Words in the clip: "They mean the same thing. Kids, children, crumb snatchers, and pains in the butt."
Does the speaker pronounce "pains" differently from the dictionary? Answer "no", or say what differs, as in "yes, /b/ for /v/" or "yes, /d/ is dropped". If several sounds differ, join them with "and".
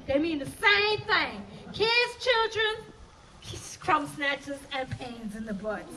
no